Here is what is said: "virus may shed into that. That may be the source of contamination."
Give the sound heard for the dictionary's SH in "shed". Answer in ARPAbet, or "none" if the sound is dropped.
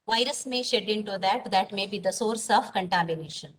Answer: SH